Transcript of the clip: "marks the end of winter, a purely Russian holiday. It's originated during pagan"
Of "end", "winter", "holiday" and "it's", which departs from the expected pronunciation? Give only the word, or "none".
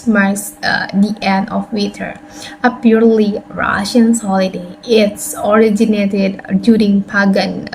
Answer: winter